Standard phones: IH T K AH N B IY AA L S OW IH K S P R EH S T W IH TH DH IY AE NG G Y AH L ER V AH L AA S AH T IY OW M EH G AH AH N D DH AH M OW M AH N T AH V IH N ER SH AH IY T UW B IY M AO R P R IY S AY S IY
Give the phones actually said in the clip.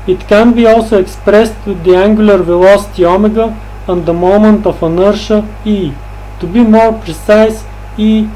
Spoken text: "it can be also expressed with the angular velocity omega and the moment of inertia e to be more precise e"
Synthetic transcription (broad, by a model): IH T K AH N B IY AA L S OW IH K S P R EH S T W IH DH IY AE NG G Y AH L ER V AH L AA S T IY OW M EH G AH AH N D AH M OW M AH N T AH F IH N ER SH AH IY T UW B IY M AO R P R IY S AY S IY